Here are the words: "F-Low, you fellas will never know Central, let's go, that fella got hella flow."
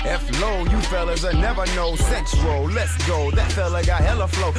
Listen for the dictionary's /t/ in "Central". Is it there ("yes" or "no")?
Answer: no